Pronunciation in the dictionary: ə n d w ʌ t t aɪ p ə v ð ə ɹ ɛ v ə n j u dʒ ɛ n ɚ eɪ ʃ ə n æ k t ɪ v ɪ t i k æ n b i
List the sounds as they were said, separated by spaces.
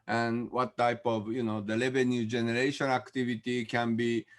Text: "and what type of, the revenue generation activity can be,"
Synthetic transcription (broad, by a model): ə n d w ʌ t t aɪ p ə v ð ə l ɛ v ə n j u dʒ ɛ n ɚ eɪ ʃ ə n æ k t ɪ v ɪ t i k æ n b i